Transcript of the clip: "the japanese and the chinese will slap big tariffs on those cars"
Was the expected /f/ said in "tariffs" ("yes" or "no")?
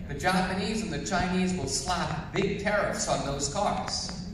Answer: yes